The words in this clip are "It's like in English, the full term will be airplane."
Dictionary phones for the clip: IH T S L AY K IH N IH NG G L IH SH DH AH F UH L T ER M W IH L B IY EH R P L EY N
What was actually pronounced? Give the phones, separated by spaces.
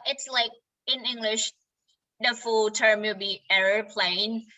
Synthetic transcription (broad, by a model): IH T S L AY K IH N IH NG G L IH SH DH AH F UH L T ER M W IH L B IY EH R P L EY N